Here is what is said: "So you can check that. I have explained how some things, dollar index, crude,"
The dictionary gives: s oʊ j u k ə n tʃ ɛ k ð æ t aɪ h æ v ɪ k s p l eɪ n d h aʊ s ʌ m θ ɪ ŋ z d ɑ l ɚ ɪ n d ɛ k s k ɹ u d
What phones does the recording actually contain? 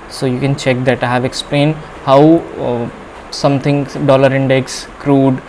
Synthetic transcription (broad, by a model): s oʊ j u k ə n tʃ ɛ k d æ t aɪ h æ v ɪ k s p l eɪ n d h aʊ s ʌ m t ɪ ŋ d ɑ l ɚ ɪ n d ɛ k s k ɹ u d